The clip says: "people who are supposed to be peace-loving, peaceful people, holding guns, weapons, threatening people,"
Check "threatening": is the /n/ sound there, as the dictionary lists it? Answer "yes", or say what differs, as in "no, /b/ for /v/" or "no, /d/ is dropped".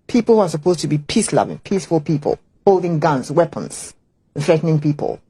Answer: yes